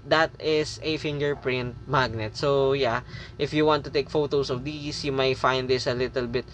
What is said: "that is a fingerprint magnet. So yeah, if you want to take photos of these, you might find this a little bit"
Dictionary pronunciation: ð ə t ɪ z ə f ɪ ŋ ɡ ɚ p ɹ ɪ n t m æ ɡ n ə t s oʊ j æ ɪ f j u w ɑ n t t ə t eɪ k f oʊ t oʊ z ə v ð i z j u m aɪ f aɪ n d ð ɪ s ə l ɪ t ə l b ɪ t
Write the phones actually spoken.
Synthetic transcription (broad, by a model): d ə t ɪ s ə f ɪ ŋ ɡ ɚ p ɹ ɪ n t m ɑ ɡ n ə t s oʊ j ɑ ɪ f j u w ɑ n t t ə t eɪ k f oʊ t oʊ s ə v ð i s j u m aɪ f aɪ n d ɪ s ə l ɪ t ə l b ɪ t